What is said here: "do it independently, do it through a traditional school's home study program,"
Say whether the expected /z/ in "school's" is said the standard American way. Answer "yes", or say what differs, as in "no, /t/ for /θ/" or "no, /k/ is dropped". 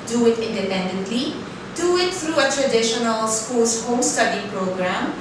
no, /s/ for /z/